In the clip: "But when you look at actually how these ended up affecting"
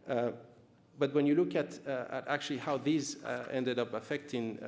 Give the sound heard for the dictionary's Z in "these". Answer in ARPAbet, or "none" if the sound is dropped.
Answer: Z